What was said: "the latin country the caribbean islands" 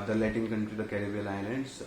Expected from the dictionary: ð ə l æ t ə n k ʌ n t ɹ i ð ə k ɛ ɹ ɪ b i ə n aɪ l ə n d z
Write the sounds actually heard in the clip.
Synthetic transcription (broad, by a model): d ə l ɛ t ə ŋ k ʌ n t ɹ i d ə k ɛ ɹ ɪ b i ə l aɪ l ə n d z